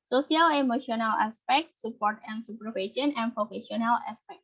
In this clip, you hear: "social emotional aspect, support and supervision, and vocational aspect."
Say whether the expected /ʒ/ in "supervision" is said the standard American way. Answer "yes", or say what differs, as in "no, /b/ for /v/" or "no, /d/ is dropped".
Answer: no, /s/ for /ʒ/